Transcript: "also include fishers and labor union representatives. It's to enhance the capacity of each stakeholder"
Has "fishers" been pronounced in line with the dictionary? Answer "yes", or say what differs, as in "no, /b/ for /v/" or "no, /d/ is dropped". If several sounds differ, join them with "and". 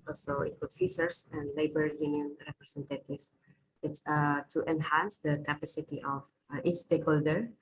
no, /s/ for /ʃ/ and /s/ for /z/